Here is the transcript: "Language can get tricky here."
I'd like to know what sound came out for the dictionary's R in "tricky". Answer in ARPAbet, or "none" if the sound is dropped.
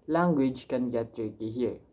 none